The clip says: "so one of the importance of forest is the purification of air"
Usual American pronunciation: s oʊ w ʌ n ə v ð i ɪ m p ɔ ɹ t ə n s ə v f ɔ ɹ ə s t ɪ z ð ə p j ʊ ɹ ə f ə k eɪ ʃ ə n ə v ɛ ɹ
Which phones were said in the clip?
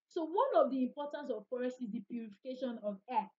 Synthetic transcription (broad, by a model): s oʊ w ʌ n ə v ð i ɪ m p ɔ t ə n s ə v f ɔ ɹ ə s ɪ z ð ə p j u ɹ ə f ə k eɪ ʃ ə n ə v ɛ